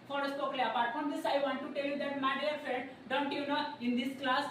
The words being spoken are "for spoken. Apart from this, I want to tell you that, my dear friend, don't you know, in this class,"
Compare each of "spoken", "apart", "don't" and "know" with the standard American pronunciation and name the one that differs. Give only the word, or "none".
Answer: spoken